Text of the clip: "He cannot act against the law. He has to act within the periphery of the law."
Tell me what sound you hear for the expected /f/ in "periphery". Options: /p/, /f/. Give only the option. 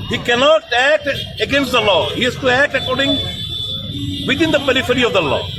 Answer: /f/